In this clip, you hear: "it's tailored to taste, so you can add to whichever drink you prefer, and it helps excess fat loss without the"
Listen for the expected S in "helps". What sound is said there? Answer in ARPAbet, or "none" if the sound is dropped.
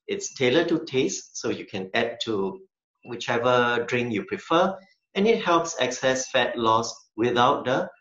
S